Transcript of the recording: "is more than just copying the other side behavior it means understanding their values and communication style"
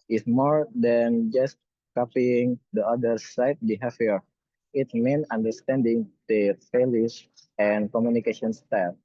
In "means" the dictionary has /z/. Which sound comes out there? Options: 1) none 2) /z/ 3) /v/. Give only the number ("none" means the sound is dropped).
1